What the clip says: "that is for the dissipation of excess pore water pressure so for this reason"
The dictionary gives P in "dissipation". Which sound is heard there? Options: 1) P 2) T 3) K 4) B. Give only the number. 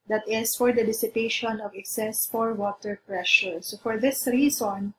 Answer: 1